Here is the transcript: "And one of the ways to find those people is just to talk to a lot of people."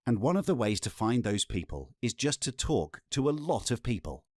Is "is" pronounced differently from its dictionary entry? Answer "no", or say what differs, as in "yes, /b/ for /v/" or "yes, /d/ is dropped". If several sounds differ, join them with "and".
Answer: no